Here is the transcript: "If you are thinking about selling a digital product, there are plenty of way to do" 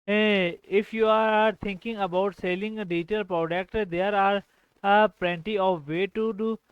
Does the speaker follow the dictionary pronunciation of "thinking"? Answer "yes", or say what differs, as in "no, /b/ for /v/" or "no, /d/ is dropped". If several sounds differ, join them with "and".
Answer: no, /t/ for /θ/